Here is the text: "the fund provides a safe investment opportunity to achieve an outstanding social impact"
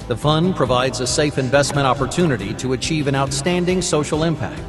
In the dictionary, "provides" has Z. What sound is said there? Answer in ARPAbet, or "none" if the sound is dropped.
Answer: Z